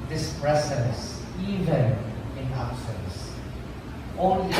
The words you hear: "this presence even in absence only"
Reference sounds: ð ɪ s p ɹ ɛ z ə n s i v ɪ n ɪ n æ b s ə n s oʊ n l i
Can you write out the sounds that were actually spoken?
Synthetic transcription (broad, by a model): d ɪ s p ɹ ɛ s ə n s i v ɪ n ɪ n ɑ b s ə n s oʊ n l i